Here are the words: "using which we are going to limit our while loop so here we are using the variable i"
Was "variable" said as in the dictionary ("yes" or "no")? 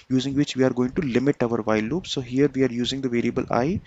yes